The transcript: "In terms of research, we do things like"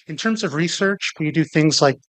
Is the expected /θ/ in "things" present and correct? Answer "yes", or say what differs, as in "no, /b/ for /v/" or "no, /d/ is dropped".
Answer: yes